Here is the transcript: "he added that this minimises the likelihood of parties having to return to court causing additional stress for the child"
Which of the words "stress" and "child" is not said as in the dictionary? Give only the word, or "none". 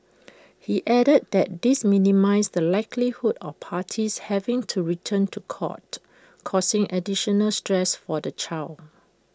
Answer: child